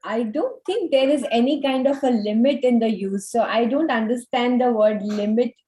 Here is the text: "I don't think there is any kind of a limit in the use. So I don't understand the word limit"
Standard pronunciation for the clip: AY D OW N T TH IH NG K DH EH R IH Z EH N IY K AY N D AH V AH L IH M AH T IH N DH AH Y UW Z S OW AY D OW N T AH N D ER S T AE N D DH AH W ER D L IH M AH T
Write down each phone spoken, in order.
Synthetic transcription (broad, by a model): AY D OW N T T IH NG K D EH R IH Z EH N IY K AY N D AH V AH L IH M AH T IH N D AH Y UW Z S OW AY D OW N T AH N D ER S T AE N D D AH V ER D L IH M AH T